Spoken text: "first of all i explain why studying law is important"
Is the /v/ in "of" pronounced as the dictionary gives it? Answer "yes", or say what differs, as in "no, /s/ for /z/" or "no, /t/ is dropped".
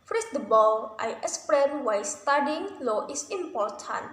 no, /b/ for /v/